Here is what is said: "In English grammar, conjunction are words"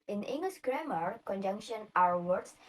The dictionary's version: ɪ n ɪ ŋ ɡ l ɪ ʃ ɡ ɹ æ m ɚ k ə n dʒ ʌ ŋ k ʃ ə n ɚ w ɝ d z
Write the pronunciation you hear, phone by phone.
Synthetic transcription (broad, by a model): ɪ n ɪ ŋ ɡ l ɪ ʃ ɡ ɹ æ m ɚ k ə n dʒ ʌ ŋ k ʃ ə n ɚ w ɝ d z